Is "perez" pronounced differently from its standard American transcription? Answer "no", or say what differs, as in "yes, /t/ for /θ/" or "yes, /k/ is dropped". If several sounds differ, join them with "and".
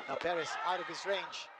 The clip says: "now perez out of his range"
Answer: yes, /s/ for /z/